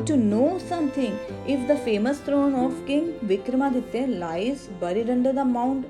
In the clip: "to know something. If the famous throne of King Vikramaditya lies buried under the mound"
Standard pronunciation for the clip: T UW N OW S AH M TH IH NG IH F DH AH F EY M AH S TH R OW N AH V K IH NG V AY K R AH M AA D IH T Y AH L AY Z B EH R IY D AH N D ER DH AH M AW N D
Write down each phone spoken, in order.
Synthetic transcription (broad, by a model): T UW N OW S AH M T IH NG IH F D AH F EY M AH S T R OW N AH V K IH NG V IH K R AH M AA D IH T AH L AY Z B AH R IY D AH N D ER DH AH M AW N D